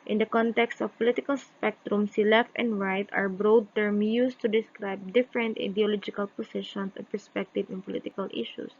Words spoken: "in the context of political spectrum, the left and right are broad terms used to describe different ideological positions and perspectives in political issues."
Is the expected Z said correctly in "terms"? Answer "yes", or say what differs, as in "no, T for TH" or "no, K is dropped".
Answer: no, Z is dropped